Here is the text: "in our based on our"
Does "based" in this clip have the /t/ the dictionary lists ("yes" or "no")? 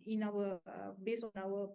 no